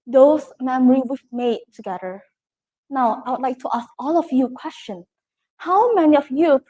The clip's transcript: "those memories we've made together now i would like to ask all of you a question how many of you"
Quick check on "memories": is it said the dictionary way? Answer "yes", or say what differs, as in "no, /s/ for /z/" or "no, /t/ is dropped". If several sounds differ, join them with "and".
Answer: no, /z/ is dropped